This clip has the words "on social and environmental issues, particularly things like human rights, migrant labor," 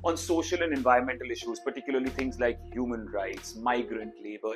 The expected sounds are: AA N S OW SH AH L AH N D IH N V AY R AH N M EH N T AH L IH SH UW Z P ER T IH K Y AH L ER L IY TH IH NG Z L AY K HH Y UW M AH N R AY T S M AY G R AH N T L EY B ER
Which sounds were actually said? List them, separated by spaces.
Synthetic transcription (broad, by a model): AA N S OW SH AH L AH N D IH N V AY R AH N M EH N T AH L IH SH UW Z P ER T IH K Y AH L ER L IY T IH NG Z L AY K HH Y UW M AH N R AY T S M AY G R AH N T L EY B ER